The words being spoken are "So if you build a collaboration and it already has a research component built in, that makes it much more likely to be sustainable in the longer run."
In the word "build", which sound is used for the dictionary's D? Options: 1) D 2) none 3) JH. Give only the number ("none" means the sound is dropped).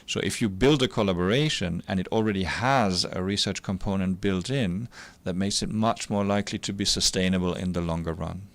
1